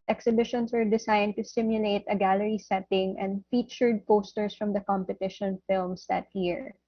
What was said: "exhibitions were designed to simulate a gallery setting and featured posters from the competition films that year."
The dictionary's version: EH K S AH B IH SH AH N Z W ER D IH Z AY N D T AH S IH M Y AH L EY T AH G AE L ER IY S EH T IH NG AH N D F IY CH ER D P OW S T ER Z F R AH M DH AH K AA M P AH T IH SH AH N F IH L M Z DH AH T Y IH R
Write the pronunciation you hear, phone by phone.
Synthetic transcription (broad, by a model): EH K S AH B IH SH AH N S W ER D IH S AY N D T AH S IH M Y AH L EY T AH G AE L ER IY S EH T IH NG AH N D F IY CH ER D P OW S T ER S F R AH M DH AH K AA M P AH T IH SH AH N F IH L M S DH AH T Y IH R